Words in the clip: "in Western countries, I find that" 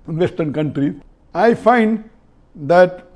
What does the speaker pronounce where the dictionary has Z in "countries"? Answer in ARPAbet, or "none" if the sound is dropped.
none